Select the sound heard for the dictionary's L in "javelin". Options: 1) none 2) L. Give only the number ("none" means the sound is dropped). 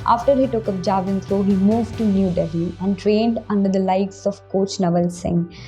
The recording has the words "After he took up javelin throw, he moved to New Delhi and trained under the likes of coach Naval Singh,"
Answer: 1